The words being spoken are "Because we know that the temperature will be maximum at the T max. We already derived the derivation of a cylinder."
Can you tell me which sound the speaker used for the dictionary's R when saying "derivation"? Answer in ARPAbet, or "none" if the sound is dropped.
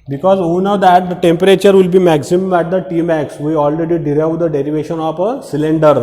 R